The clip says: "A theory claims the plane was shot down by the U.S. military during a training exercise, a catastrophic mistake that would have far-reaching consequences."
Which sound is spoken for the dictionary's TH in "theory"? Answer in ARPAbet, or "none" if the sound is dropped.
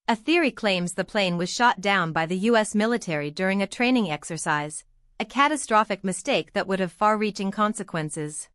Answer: TH